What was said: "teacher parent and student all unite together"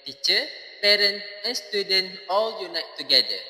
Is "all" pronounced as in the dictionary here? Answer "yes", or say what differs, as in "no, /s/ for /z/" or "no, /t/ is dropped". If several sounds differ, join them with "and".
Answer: yes